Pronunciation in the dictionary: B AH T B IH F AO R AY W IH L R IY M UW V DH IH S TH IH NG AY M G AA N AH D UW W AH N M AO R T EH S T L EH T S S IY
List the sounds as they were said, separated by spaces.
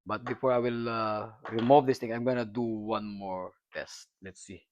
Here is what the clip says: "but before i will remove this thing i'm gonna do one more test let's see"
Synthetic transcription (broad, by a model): B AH T B IH F AO R AY W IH L R IY M UW V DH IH S T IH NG AY M G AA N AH D UW W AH N M AO R T EH S T L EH T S S IY